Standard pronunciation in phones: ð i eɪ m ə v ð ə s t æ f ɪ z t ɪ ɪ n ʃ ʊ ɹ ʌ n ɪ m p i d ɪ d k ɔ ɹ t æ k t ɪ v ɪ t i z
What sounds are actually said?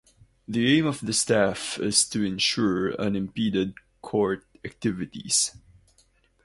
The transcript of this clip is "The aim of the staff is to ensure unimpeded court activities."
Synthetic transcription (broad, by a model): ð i eɪ m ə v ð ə s t æ f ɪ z t ɪ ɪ n ʃ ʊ ɹ ʌ n ɪ m p i d ɪ d k ɔ ɹ t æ k t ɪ v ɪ t i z